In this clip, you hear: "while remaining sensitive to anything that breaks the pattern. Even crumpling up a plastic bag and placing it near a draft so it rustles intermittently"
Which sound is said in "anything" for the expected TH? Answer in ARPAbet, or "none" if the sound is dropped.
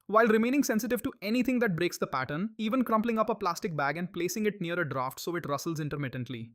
T